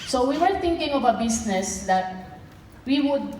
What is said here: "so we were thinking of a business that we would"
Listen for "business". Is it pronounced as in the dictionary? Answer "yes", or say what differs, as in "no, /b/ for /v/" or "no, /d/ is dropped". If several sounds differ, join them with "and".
no, /s/ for /z/